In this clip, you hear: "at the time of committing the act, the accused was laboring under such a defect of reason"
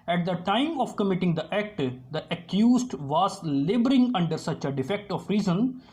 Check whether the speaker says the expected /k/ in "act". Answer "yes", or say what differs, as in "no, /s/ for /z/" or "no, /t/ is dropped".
yes